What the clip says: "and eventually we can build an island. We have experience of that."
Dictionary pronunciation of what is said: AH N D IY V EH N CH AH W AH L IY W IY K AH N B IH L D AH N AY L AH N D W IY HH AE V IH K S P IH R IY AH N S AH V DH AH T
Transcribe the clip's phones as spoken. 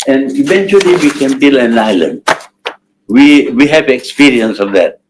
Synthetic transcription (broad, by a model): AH N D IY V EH N CH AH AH L IY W IY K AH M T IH L AH N AY L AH N D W IY HH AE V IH K S P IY R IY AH N S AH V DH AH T